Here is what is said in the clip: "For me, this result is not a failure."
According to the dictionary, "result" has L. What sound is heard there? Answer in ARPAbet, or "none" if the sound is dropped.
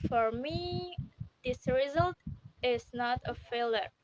L